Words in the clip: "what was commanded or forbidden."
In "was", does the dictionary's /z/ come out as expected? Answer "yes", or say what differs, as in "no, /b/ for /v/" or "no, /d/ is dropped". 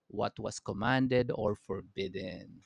no, /s/ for /z/